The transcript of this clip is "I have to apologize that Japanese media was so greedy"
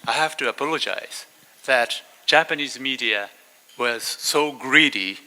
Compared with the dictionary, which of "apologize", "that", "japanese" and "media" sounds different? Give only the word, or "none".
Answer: none